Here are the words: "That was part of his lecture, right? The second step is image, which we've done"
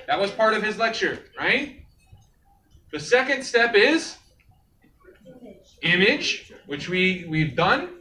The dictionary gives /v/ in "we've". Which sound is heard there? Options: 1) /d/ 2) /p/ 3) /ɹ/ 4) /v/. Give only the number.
4